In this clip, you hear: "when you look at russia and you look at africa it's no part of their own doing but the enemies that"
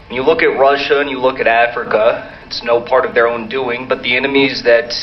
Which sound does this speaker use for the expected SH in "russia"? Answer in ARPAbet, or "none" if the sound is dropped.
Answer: SH